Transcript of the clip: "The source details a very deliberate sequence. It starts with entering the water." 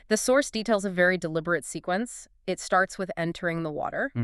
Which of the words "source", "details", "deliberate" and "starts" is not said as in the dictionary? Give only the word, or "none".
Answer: none